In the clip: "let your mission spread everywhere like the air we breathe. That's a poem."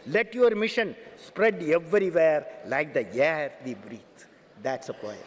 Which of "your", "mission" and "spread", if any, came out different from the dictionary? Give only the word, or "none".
none